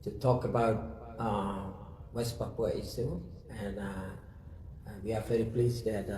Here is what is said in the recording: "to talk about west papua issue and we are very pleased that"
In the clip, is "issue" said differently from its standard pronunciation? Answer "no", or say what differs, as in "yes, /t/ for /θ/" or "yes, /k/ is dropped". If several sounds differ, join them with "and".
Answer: yes, /s/ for /ʃ/